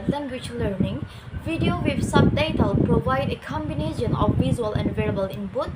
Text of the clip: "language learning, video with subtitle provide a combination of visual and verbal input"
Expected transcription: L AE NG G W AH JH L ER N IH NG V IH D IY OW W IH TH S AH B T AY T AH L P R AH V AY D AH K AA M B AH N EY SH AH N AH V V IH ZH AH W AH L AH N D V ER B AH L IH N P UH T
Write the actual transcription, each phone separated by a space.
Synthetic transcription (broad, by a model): L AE NG G W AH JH L ER N IH NG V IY D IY OW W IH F S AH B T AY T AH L P R AH V AY D AH K AA M B AH N EY SH AH N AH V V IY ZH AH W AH L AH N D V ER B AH L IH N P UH T